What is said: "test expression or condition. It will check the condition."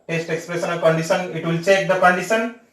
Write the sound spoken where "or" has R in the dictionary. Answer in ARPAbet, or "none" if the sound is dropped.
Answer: L